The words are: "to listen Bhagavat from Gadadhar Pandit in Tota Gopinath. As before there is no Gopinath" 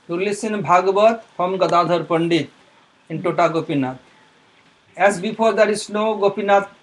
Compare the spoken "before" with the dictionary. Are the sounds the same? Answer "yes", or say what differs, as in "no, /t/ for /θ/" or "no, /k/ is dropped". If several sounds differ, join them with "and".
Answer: no, /p/ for /f/